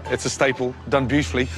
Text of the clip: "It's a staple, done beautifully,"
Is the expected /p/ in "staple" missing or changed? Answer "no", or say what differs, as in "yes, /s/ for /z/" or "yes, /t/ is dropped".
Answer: no